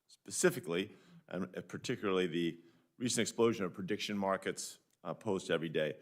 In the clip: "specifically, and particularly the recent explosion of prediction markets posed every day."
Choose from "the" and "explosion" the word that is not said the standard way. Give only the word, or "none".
none